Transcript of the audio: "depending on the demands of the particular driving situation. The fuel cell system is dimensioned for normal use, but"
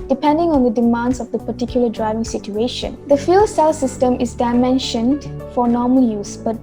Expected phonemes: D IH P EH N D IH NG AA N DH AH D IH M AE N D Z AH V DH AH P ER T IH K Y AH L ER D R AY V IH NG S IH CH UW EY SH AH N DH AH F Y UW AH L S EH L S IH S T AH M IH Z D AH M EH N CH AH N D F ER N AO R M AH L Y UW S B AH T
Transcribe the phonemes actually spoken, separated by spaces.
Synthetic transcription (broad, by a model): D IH P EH N D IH NG AA N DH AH D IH M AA N D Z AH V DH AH P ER T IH K Y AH L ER D R AY V IH NG S IH CH UW EY SH AH N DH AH F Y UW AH L S EH L S IH S T AH M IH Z D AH M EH N SH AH N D F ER N AO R M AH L Y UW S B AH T